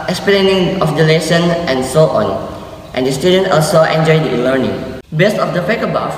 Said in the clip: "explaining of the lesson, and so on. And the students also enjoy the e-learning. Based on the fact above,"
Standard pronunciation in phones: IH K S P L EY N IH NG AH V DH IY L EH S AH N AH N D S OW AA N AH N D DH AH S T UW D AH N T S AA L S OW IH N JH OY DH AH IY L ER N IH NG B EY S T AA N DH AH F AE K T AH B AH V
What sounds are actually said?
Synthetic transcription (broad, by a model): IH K S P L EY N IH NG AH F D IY L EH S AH N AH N S OW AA N AH N D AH S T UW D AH N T AA L S OW IH N JH OY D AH IY L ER N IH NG B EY S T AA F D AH P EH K AH B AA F